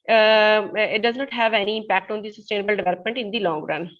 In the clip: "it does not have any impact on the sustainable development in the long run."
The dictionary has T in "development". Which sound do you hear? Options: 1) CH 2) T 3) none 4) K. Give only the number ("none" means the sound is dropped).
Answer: 2